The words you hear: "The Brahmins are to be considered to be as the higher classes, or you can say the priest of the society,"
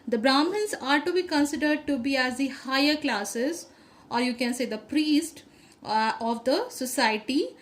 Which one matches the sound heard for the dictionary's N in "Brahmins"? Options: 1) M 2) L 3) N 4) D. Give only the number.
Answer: 2